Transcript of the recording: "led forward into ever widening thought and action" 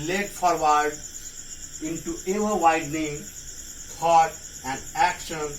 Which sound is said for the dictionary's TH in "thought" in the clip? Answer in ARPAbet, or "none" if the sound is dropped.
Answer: T